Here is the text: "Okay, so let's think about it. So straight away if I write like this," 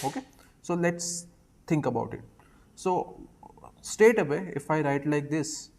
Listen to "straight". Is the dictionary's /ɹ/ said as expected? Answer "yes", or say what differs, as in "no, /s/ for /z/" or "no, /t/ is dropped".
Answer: no, /ɹ/ is dropped